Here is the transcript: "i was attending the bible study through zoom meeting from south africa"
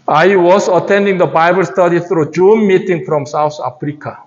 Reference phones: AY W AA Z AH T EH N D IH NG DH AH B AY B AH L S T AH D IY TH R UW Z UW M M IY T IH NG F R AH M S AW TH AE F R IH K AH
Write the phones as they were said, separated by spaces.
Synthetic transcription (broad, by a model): AY W AA S AH T EH N D IH NG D AH B AY B AH L S T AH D IY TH R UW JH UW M M IY T IH NG F R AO M S AW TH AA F R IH K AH